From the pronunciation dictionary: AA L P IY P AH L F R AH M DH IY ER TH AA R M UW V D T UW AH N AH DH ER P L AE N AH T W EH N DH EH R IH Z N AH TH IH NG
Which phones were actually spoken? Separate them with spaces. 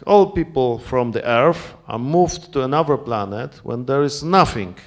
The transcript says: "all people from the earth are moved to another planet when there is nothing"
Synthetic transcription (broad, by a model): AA L P IY P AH L F R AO M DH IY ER F AA R M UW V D T UW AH N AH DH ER P L AE N AH T W EH N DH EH R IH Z N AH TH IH NG